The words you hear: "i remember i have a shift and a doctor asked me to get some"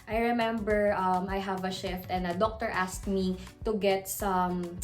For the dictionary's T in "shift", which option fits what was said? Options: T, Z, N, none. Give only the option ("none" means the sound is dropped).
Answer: T